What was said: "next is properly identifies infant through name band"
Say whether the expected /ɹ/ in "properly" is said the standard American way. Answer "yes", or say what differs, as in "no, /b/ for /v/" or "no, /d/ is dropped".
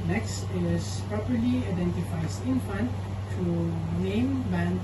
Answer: yes